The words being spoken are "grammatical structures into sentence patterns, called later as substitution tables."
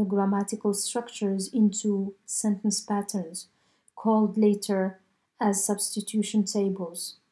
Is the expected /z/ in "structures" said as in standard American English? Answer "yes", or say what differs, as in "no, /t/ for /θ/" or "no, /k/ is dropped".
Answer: yes